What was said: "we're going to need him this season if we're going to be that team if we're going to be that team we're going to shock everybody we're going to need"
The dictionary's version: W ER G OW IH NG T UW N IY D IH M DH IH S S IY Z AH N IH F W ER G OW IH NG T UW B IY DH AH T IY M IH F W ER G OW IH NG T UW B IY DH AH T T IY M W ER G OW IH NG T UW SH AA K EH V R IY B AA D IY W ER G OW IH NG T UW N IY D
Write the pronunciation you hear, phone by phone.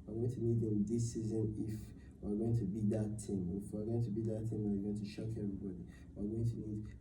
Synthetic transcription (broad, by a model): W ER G OW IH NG T UW N IY D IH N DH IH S S IY Z AH N IH F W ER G OW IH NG T UW B IY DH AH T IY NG IH F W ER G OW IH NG T UW B IY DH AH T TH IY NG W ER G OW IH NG T UW SH AA K EH V R IY B AA D IY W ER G OW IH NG T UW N IY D